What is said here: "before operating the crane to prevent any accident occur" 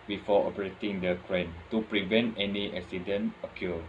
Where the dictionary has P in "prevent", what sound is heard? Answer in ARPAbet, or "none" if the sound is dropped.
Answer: P